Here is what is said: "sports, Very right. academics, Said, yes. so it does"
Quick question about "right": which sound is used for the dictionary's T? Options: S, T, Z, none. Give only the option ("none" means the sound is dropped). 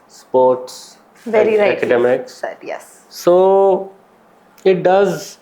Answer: none